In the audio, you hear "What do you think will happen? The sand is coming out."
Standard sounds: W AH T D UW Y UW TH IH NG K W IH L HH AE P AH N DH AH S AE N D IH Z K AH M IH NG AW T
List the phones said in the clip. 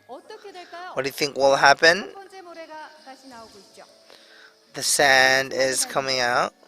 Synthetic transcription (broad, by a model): W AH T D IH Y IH TH IH NG K W IH L HH AE P AH N DH AH S AE N D IH Z K AH M IH NG AW T